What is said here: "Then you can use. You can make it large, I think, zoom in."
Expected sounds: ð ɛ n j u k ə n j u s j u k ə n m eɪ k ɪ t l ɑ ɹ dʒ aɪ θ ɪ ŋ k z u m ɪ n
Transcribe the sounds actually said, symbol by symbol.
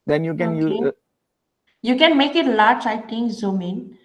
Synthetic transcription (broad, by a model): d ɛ n j u k ə n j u j u k ə n m eɪ k ɪ t l ɑ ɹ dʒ aɪ t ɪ ŋ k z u m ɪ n